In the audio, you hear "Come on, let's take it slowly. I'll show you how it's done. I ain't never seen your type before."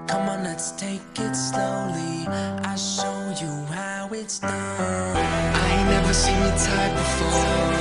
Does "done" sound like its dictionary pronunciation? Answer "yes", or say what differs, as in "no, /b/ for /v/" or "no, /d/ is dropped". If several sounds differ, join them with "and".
no, /n/ is dropped